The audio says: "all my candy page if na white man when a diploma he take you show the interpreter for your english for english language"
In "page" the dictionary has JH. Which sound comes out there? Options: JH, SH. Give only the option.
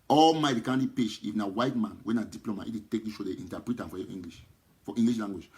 SH